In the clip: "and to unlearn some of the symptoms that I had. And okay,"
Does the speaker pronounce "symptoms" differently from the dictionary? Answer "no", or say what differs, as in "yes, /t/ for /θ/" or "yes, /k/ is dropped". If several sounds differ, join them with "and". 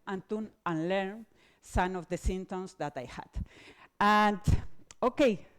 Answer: yes, /p/ is dropped and /s/ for /z/